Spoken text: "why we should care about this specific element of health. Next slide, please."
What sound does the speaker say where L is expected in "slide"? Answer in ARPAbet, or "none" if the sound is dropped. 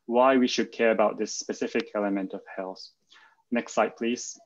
none